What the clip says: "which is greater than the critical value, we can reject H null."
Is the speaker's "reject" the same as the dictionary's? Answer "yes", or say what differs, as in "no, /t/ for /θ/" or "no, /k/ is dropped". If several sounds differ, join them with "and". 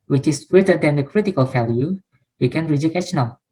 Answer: no, /t/ is dropped